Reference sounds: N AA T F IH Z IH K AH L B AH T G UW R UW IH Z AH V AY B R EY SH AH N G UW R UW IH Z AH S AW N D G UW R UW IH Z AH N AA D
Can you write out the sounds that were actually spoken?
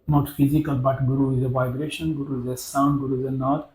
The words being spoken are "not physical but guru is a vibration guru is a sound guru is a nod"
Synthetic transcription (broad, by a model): N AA T F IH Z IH K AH L B AH T G R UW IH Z AH V AY B R EY SH AH N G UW R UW IH Z AH S AW N D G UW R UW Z AH N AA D